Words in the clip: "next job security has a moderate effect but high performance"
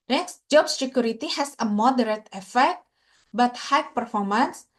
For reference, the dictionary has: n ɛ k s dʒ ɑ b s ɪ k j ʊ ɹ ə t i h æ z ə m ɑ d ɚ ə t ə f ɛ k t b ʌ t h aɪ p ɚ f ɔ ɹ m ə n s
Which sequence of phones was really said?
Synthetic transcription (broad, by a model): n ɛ k s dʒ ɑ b s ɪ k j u ɹ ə t i h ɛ s ə m ɑ d ɚ ə t ə f ɛ k t b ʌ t h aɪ p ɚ f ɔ ɹ m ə n s